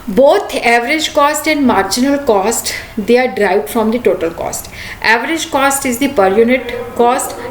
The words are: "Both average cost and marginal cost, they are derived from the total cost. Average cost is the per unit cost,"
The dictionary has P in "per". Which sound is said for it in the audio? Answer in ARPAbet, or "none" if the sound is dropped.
P